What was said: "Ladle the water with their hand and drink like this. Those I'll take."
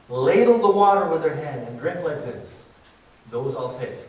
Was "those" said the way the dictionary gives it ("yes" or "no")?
yes